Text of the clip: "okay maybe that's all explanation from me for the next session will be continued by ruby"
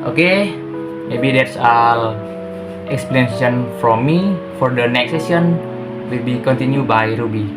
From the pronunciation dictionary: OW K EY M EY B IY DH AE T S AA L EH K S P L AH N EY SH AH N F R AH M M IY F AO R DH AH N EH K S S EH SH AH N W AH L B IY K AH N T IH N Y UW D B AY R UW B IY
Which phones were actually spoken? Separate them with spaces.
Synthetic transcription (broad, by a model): OW K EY M EY B IY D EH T S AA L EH K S P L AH N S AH N F R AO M M IY F AO R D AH N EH K S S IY AH N W AH L B IY K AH N T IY N Y UW B AY R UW B IY